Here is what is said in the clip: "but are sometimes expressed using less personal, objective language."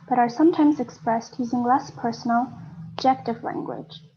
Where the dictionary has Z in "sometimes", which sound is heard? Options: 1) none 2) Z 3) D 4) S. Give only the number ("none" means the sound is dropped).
2